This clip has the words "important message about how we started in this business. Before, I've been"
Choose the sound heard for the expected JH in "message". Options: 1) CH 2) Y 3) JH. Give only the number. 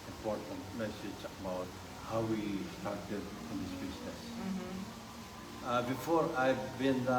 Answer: 1